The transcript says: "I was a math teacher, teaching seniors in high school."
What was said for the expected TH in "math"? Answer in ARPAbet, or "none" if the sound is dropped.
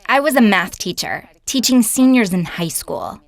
TH